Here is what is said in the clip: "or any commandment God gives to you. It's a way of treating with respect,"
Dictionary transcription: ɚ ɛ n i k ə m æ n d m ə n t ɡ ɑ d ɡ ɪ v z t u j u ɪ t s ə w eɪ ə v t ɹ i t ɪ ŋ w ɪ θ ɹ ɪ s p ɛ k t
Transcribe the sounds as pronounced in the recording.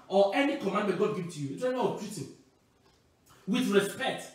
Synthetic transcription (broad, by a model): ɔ ɛ n i k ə m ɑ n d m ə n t ɡ ɑ d ɡ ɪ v t u j u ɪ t ə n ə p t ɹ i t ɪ w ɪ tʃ ɹ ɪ s p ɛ k t